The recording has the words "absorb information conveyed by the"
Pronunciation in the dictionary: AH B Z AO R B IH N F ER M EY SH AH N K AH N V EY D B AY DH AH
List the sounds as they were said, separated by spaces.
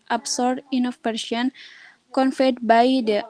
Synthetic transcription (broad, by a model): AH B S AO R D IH N AO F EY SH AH N K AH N F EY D B AY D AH